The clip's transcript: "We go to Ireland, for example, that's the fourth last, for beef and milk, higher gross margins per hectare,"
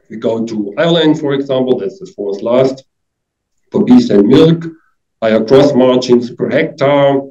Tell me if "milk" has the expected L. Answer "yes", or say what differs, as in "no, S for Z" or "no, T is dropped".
yes